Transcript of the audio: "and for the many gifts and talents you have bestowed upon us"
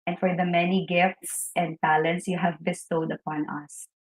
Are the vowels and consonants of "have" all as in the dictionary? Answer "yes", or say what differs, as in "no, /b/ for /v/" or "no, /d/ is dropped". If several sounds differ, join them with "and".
yes